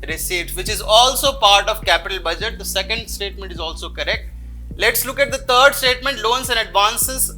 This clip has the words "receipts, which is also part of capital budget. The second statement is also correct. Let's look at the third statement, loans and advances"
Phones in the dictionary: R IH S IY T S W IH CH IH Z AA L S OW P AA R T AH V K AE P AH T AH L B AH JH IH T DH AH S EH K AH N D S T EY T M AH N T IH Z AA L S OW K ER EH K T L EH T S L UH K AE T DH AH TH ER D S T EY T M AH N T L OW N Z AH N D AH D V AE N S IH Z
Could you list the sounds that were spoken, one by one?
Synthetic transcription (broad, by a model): R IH S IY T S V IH CH IH Z AA L S OW P AA R T AH V K AE P AH T AH L B AH JH IH T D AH S EH K AH N D S T EY T M AH N T IH Z AA L S OW K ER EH K T L EH T S L UH K AE T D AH T ER D S T EY T M AH N T L OW N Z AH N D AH D V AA N S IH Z